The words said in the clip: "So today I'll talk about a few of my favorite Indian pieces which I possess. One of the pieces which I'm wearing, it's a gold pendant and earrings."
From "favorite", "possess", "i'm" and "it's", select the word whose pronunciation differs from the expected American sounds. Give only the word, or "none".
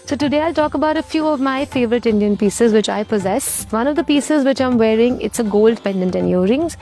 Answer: none